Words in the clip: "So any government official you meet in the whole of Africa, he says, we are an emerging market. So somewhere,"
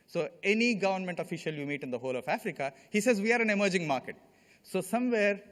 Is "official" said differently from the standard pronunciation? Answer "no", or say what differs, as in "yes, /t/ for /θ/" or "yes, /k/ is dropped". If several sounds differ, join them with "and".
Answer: no